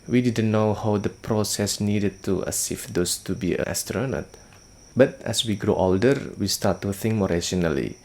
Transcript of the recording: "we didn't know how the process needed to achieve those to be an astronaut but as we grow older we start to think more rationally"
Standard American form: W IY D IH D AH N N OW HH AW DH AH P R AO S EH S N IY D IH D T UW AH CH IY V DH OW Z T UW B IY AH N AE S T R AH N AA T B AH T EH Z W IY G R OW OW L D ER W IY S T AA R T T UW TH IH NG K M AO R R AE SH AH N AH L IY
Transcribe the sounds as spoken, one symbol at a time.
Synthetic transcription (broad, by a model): W IY D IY D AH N N OW HH AW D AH P R AO S EH S N IY D IH D T UW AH S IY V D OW S T UW B IY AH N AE S T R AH N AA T B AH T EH S W IY G R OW OW L D ER W IY S T AA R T T UW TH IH NG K M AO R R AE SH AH N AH L IY